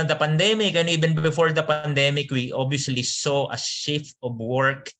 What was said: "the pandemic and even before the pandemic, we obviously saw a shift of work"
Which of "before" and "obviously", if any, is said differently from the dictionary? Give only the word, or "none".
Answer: obviously